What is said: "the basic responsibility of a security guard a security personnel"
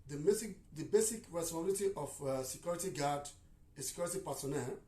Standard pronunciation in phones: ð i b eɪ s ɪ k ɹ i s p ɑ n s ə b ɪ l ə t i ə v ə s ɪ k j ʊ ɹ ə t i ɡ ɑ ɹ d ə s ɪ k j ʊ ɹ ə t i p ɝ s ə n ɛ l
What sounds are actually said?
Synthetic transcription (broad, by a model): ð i b eɪ s ɪ k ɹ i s ɑ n ə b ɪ l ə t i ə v s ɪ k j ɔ ɹ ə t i ɡ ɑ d ə s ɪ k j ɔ ɹ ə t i p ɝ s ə n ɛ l